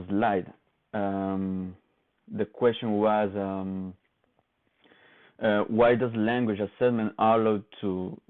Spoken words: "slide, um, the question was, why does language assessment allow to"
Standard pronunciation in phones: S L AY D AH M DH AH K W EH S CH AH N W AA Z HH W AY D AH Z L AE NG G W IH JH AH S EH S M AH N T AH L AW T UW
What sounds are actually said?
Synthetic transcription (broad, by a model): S L AY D AH M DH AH K W EH S CH AH N W AA Z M W AY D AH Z L AE NG G W IH JH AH S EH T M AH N AH L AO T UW